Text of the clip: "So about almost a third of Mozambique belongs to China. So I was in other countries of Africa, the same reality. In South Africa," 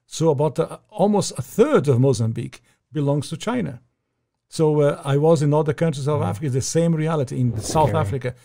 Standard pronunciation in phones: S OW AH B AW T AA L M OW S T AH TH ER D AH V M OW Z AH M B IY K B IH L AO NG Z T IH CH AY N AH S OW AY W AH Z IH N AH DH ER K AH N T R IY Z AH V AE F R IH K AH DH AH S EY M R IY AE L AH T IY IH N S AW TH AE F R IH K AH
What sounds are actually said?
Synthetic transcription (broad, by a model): S OW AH B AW T AA L M OW S T AH TH ER D AH V M OW Z AH M B IY K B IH L AO NG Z T IH CH AY N AH S OW AY W AH Z IH N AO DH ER K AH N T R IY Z AH V AE F R IH K AH DH AH S EY M R IY AE L AH T IY IH N S AW TH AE F R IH K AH